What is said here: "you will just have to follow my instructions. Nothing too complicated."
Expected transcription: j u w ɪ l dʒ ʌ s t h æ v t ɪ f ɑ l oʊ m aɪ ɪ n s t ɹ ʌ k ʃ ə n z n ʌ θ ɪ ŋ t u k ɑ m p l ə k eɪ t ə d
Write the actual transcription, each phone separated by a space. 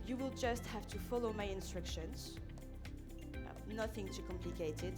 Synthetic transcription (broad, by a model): j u w ɪ l dʒ ʌ s t h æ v t ɪ f ɑ l oʊ m aɪ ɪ n s t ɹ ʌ k ʃ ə n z n ʌ θ ɪ ŋ t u k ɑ m p l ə k eɪ t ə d